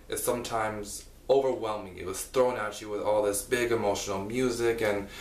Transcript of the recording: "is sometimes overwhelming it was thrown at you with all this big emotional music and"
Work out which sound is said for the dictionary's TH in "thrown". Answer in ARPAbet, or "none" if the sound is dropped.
TH